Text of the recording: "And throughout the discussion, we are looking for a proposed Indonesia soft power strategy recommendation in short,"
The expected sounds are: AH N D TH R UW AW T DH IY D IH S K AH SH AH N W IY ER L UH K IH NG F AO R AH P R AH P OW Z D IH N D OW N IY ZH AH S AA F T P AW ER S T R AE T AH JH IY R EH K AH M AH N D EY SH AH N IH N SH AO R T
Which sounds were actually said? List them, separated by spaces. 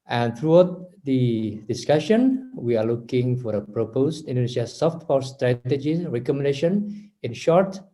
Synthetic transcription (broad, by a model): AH N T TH R UW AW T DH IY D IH S K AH SH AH N W IY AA L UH K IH NG F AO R AH P R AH P OW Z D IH N D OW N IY SH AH S AA F T F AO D S T R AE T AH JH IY R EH K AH M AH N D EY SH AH N IH N SH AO R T